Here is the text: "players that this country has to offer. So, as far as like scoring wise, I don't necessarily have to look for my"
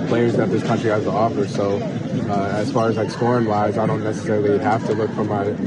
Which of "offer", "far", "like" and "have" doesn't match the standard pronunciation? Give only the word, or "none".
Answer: have